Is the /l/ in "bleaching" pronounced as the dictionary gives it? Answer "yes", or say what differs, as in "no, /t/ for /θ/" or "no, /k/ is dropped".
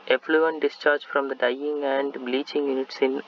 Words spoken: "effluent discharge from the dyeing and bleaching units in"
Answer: yes